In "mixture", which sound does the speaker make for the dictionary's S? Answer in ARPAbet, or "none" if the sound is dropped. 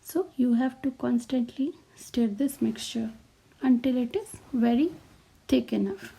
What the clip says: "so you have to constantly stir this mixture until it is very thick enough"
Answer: S